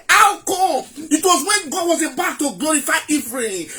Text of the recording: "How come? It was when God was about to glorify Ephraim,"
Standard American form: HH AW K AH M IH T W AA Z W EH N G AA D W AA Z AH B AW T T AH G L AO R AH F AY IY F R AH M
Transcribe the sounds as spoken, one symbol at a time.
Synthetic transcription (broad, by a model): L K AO IH T W AA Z W EH N G AA D W AA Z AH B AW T T AH G L AO R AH F AY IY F R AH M